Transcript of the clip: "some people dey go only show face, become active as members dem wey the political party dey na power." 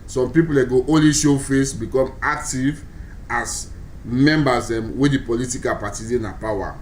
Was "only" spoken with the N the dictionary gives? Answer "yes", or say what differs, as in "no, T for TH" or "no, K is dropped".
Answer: no, N is dropped